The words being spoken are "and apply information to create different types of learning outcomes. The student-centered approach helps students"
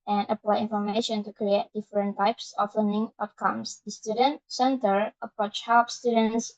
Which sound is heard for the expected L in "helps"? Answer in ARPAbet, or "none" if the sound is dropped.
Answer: none